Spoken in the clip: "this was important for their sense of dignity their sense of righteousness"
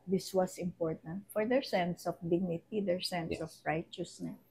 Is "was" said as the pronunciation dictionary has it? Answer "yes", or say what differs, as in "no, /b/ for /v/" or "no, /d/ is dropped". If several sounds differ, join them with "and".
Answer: no, /s/ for /z/